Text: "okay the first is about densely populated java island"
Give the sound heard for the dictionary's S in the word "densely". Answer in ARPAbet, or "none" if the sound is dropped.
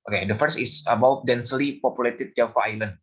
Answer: S